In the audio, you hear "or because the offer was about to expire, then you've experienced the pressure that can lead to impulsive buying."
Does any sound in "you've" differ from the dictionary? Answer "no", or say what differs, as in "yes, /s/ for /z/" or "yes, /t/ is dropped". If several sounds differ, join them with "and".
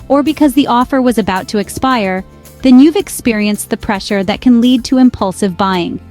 no